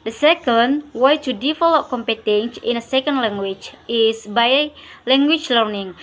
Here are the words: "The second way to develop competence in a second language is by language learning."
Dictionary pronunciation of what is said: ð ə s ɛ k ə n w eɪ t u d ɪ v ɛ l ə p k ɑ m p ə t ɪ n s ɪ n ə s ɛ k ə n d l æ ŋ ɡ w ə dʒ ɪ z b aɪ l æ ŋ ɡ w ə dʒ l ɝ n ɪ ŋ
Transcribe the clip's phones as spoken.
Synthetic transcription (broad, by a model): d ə s ɛ k ə n w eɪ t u d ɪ f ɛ l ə k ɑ m p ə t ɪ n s ɪ n ə s ɛ k ə n d l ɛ ŋ ɡ w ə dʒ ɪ s b aɪ l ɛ ŋ ɡ w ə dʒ l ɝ n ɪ ŋ